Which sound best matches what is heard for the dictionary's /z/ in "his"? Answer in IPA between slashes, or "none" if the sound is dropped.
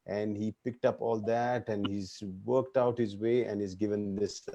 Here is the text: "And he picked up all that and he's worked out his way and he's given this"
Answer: /z/